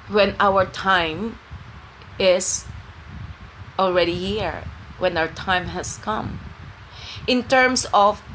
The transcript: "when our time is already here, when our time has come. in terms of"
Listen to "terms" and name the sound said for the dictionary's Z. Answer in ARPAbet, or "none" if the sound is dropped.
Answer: S